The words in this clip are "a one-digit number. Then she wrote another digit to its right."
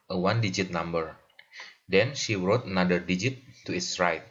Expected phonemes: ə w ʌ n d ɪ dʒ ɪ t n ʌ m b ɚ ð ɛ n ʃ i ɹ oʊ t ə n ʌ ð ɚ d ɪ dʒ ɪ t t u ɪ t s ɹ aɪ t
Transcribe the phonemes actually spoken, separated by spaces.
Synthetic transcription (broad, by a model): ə w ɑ n d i dʒ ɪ t n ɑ m b ɚ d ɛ n ʃ i ɹ oʊ t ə n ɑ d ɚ d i dʒ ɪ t t u ɪ t s ɹ aɪ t